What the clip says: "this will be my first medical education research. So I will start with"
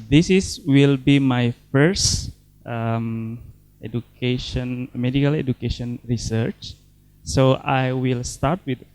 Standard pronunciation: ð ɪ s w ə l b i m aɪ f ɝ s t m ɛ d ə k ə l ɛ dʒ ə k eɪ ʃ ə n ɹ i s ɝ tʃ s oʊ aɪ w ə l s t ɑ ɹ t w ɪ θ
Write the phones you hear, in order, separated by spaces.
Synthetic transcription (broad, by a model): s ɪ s w ə l b i m aɪ f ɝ s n m ɛ d ə k ə l ɛ dʒ ə k eɪ ʃ ə n ɹ i s ɝ tʃ s oʊ aɪ w ə l s t ɑ ɹ t w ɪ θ